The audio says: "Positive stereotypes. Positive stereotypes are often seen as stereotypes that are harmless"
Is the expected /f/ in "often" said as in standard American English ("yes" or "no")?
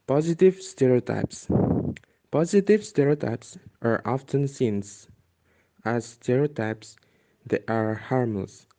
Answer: yes